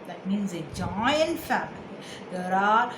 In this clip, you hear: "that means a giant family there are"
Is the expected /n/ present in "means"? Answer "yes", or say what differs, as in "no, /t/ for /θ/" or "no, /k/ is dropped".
yes